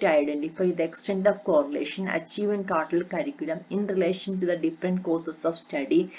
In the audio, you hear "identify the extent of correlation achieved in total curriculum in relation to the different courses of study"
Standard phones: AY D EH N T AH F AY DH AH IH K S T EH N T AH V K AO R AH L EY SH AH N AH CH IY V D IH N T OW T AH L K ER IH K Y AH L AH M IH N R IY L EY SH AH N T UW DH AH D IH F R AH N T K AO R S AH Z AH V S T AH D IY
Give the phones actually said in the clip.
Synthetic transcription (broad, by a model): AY D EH N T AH F AY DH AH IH K S T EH N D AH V K AO R AH L EY SH AH N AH CH IY V IH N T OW T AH L K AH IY K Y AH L AH M IH N R IY L EY SH AH N T UW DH AH D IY F R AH N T K AO S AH S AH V S T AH D IY